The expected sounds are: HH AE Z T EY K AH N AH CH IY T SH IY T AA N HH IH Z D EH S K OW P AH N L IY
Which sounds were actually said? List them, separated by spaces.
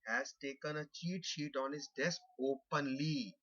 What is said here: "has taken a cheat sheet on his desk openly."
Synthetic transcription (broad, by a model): HH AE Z T EY K AH N AH CH IY T SH IY T AA N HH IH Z D EH S K OW P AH N L IY